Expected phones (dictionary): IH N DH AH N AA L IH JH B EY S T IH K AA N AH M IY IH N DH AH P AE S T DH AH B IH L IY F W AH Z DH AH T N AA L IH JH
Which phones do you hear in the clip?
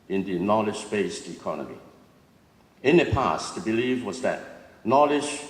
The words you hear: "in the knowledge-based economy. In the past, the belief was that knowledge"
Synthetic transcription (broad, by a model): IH N DH AH N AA L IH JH B EY S T IH K AA N AH M IY IH N DH AH P AE S T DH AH B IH L IY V W AH Z DH AH T N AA L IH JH